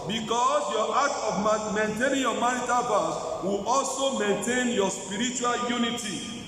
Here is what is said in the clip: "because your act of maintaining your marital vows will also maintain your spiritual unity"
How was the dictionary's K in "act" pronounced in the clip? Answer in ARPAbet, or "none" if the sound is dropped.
none